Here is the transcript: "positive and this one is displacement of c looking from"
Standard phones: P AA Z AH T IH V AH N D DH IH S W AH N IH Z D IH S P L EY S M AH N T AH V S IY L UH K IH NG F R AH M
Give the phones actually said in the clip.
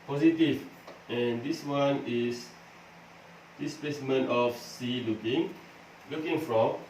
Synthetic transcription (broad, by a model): P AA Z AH T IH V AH N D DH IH S W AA N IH S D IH S P L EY S M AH N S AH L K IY L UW K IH NG F R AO M